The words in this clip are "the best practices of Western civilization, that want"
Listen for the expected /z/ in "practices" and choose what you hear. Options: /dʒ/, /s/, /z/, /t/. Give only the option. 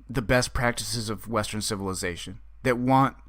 /z/